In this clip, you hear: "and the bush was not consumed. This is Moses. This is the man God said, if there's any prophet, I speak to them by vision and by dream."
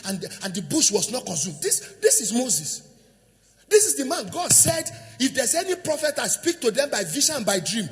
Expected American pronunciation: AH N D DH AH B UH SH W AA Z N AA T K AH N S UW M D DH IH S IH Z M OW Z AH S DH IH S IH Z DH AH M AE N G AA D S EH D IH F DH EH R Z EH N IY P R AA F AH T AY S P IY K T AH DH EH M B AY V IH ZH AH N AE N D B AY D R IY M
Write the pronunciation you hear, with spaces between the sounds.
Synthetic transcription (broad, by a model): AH N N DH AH B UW SH W AA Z N AA T K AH N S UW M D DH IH S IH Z M OW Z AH S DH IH S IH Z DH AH M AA N G AA D S EH D IH F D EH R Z EH N IY P R AA F AH T AY S P IY K T AH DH EH M B AY V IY SH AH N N B AY D R IY M